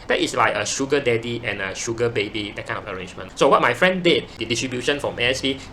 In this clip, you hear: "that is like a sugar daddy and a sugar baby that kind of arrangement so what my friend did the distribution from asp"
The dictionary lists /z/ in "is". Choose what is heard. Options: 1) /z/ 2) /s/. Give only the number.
2